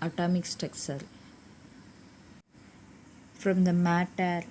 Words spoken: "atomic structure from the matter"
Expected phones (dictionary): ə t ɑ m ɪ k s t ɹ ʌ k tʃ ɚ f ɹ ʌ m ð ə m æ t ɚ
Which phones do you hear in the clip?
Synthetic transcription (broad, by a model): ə t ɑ m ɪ k s t ɛ k s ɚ f ɹ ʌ m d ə m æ t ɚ